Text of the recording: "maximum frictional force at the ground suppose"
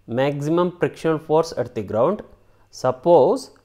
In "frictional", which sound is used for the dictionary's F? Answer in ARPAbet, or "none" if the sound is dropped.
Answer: P